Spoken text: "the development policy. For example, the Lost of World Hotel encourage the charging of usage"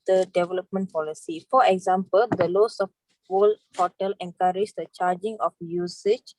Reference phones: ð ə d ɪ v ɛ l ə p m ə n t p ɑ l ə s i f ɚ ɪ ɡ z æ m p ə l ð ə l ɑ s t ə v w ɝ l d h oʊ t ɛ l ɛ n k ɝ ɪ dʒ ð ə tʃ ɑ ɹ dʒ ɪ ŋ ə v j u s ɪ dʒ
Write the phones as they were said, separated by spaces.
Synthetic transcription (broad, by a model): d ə d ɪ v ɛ l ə p m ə n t p ɑ l ə s i f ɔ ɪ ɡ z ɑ m p ə l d ə l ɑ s ə f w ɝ l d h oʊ t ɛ l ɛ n k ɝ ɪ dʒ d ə tʃ ɑ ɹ dʒ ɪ ŋ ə f j u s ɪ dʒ